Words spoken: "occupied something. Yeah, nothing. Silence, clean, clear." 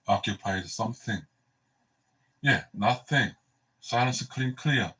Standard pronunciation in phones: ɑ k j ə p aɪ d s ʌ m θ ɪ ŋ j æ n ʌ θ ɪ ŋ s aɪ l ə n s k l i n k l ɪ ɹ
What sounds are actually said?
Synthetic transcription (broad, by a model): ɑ k j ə p aɪ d s ʌ m θ ɪ ŋ j æ n ʌ θ ɪ ŋ s aɪ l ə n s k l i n k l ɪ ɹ